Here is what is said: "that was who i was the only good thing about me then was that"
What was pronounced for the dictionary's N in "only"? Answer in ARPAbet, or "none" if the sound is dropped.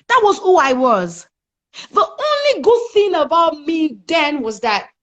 N